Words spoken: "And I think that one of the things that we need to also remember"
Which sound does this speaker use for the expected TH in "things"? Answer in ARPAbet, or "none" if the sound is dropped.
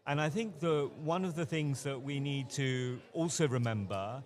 TH